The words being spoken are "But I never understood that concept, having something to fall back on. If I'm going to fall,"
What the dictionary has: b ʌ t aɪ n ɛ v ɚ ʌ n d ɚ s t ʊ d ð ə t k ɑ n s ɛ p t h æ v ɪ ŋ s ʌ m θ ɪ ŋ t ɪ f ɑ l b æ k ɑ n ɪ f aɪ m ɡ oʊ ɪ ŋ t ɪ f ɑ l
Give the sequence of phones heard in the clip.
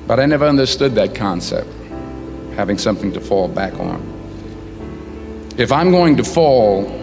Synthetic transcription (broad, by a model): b ʌ t aɪ n ɛ v ɚ ʌ n d ɚ s t ʊ d ð ə t k ɑ n s ɛ p t h æ v ɪ ŋ s ʌ m θ ɪ ŋ t ɪ f ɑ l b æ k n ɪ f aɪ m ɡ oʊ ɪ ŋ t ɪ f ɑ l